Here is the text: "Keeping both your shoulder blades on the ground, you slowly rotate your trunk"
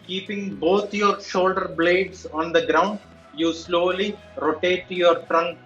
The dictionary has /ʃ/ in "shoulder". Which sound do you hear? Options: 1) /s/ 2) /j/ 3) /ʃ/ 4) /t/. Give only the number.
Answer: 3